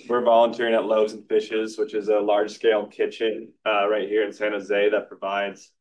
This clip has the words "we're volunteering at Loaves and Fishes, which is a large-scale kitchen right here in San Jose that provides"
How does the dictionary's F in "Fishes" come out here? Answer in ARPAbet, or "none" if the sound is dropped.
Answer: F